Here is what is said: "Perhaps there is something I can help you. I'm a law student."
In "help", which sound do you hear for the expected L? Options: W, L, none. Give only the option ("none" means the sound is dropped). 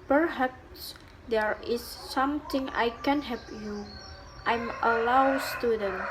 none